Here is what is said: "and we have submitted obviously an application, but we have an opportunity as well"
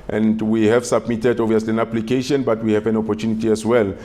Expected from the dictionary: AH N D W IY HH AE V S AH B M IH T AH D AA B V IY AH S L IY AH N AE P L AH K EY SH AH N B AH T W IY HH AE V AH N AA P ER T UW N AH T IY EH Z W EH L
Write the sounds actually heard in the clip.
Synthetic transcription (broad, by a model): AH N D W IY HH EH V S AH B M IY T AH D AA V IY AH S L IY AH N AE P L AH K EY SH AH N B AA T W IY HH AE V AH N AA P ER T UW N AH T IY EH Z W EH L